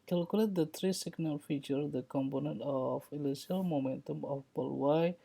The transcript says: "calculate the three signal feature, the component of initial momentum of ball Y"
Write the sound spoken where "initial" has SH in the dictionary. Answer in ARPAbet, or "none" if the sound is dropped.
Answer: S